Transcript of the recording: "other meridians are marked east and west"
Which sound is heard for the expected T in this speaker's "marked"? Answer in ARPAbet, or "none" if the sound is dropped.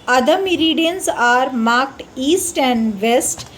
T